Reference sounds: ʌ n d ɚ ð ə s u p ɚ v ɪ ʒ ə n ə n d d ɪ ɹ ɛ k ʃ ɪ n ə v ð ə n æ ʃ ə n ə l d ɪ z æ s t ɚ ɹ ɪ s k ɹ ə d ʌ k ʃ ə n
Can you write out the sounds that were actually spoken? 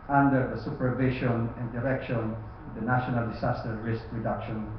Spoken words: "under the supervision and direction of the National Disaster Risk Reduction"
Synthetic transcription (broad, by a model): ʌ n d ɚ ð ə s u p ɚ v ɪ ʃ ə n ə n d d ɪ ɹ ɛ k ʃ ɪ n ə v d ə n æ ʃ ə n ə l d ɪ s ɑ s t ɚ ɹ ɪ s k ɹ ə d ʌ k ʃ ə n